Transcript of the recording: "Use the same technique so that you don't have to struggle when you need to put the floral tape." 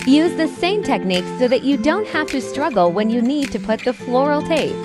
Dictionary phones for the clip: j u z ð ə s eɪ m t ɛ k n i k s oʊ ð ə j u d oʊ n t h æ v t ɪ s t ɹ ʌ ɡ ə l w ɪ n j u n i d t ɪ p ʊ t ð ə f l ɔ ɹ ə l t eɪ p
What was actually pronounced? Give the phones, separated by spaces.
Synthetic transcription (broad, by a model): j u z ð ə s eɪ m t ɛ k n i k s oʊ ð ə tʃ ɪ d oʊ n t h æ f t ɪ s t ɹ ʌ ɡ l w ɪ n j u n i d t ɪ p ʊ t ð ə f l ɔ ɹ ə l t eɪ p